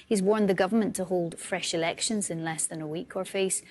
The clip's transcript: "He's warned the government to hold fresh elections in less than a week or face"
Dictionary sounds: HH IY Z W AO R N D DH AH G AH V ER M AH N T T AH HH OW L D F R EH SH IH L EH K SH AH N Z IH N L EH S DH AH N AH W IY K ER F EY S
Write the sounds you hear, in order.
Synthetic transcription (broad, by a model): HH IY Z W AO R N DH AH G AH V ER M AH N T T AH HH OW L D F R EH SH IH L EH K SH AH N Z IH N L EH S DH AH N AH W IY K ER F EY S